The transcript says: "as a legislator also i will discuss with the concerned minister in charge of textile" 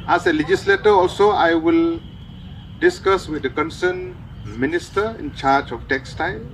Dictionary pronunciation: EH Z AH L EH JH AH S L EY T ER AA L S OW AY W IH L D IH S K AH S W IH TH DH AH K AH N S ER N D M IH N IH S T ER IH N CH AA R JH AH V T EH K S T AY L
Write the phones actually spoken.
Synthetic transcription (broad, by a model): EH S AH L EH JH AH S L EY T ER AA L S OW AY W IH L D IH S K AH S W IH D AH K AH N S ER N M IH N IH S T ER IH N CH AA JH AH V T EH K S T AY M